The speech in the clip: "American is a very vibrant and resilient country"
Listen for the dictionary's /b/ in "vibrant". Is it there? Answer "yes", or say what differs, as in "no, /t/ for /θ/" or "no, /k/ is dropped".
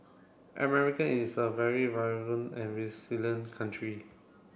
no, /b/ is dropped